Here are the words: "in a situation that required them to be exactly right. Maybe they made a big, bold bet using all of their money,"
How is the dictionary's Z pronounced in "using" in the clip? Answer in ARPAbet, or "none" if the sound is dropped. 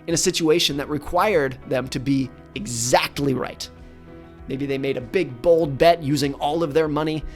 Z